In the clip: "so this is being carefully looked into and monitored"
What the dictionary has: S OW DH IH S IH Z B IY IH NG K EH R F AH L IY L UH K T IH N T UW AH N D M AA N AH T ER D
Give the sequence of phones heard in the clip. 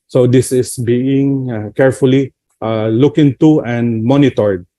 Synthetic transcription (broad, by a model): S OW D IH S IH S B IY IH NG K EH R F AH L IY L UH K IH N T UW AH N D M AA N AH T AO D